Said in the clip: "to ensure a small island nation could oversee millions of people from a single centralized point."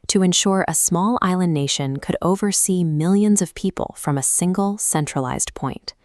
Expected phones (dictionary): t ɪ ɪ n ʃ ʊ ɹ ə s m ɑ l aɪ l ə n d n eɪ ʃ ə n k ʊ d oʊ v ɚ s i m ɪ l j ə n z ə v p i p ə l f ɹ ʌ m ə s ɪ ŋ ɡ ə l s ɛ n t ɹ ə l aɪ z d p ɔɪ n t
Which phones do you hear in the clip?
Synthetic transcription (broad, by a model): t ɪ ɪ n ʃ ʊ ɹ ə s m ɑ l aɪ l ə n n eɪ ʃ ə n k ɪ d oʊ v ɚ s i m ɪ l j ə n z ə v p i p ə l f ɹ ʌ m ə s ɪ ŋ ɡ l s ɛ n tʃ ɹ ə l aɪ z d p ɔɪ n t